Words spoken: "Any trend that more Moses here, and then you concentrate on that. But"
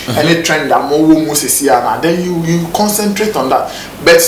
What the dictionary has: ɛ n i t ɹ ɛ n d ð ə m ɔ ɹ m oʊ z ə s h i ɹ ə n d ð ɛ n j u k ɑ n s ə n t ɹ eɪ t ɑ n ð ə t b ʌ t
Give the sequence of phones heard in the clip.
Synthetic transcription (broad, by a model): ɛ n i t ɹ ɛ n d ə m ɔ w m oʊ s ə s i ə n d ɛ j j u k ɑ n s ə n t ɹ eɪ t ɑ n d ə t b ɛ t